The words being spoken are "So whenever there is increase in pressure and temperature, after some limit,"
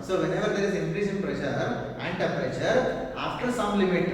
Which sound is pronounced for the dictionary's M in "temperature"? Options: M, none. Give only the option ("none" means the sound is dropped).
none